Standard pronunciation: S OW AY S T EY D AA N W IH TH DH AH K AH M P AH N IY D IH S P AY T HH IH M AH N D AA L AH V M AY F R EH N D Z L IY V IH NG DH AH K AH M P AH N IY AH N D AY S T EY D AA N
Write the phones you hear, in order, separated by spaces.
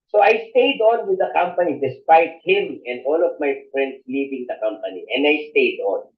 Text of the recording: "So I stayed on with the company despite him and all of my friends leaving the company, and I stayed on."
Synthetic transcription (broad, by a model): S OW AY S T EY D AA N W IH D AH K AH M P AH N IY D IH S P AY T HH IH M AH N D AA L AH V M AY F R EH N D S L IY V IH NG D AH K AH M P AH N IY AH N D AY S T EY D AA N